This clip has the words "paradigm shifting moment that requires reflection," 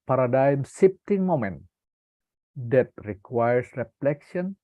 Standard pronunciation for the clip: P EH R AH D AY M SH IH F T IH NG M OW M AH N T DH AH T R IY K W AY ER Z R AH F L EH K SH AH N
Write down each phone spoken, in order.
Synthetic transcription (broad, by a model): P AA R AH D AY M S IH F T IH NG M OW M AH N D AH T R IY K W AY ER S R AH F L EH K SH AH N